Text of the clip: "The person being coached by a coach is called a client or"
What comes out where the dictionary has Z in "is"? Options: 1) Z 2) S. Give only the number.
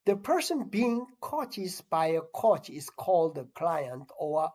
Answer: 2